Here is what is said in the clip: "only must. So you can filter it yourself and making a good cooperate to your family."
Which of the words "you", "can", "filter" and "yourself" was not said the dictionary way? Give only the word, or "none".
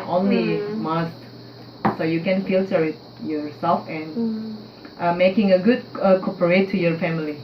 filter